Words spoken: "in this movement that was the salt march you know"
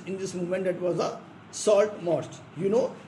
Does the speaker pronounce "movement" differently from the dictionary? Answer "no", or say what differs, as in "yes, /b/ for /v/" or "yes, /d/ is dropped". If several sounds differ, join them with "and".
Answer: yes, /v/ is dropped